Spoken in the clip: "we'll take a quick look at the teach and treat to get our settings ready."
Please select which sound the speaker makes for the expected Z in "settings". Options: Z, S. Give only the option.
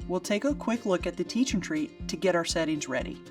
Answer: Z